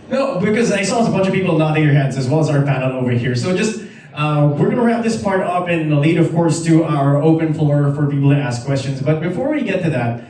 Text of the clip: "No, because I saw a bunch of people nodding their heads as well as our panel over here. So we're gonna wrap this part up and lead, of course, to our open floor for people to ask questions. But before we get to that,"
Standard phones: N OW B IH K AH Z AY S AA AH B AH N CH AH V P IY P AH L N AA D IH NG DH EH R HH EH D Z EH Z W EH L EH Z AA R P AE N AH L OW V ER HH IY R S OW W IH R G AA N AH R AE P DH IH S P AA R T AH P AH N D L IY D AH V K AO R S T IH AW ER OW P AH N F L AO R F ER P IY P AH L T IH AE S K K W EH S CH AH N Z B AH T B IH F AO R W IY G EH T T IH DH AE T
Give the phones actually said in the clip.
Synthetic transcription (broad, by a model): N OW B IH K AH Z AY S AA AH B AH N CH AH V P IY P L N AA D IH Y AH R HH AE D Z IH Z W EH L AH Z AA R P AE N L OW V ER HH IY R S OW W IH R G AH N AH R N DH IH S P AA R T AH P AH N L IY D AH V K AO R S T IH AW ER OW P AH N F L AO R F ER P IY P L T IH AE S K K W EH S CH AH N Z B AH T B IH F AO R W IY G EH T T IH DH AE T